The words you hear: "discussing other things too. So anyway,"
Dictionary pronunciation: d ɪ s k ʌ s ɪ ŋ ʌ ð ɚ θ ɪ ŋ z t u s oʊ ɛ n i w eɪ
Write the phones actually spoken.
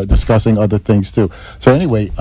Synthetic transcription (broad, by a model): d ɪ s k ʌ s ɪ ŋ ʌ ð ɚ θ ɪ ŋ z t u s oʊ ɛ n i w eɪ